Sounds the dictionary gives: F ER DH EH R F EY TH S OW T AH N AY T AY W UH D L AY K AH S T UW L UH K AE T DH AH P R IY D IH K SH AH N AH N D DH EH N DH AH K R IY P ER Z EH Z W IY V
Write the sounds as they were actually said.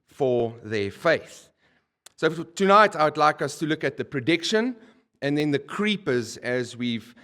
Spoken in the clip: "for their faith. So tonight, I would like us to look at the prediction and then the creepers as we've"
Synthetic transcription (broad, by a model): F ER DH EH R F EY TH S OW T AH N AY T AY W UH D L AY K AH S T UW L UH K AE T DH AH P R IY D IH K SH AH N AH N DH EH N DH AH K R IY P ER Z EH Z W IY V